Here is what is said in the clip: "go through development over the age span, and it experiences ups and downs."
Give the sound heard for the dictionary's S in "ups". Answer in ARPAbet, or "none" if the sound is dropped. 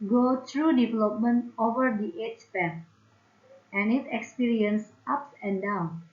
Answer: none